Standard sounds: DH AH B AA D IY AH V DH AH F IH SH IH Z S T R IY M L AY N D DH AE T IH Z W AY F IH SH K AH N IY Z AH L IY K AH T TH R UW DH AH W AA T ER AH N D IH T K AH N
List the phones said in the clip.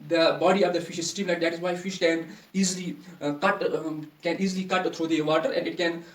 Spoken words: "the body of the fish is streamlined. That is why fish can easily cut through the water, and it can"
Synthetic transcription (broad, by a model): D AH B AA D IY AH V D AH F IH SH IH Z S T IY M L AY D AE T IH Z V AY F IH SH K AH N IY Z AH L IY K AH T T R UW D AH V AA T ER AH N D IH T K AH N